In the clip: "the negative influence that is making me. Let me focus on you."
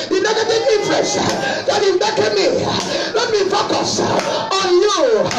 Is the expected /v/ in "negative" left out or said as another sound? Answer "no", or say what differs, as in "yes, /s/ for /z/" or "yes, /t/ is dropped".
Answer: yes, /v/ is dropped